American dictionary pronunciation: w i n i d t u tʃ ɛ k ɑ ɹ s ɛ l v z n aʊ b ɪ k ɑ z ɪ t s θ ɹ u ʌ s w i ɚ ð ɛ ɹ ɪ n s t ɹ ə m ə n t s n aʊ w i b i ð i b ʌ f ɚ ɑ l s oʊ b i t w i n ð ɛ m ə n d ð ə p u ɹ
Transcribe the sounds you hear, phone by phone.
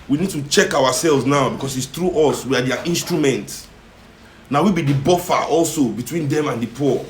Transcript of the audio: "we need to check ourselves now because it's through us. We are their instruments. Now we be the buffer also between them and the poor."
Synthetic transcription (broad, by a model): w i n i d t u tʃ ɛ k ɑ w s ɛ l v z n aʊ b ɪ k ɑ s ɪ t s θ ɹ u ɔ s w i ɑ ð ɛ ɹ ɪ n s t ɹ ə m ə n t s n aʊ w i b i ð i b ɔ f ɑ ɑ l s oʊ b i t w i n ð ɛ m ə n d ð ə p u